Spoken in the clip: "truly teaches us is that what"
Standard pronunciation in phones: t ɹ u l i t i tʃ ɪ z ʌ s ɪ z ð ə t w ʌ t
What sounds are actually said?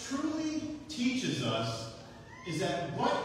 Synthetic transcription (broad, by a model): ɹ u l i t i tʃ ɪ z ʌ s ɪ z ð ə t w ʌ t